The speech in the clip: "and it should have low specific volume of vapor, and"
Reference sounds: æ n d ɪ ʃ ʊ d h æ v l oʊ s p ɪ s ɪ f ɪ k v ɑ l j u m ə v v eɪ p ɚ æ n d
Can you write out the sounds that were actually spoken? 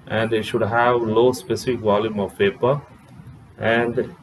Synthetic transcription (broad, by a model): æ n d ɪ ʃ ʊ d h æ v l oʊ s p ɪ s ɪ f ɪ k v ɑ l j u m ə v p eɪ p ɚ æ n d